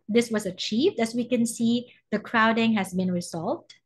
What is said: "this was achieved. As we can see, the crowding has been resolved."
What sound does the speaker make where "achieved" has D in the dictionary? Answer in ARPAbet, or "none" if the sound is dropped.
D